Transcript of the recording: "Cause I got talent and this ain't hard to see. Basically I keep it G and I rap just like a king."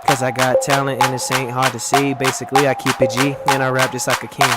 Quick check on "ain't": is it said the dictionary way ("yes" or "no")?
yes